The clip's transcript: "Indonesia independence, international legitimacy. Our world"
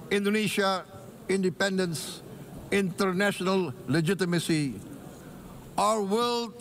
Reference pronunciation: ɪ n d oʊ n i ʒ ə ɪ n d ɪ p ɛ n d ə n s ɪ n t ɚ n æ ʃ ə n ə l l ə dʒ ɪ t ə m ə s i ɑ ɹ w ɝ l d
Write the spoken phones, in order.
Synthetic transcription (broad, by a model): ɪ n d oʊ n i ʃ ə ɪ n d ɪ p ɛ n d ə n s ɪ n t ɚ n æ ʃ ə n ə l l ə dʒ ɪ t ə m ə s i ɑ ɹ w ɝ l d